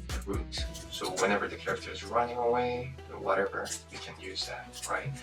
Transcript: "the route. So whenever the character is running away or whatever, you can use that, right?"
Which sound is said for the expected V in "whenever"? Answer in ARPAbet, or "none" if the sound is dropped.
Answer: V